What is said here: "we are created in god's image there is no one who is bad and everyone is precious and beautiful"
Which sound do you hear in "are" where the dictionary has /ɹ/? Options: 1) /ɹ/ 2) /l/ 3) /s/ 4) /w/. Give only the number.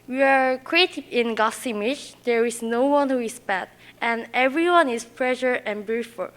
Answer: 1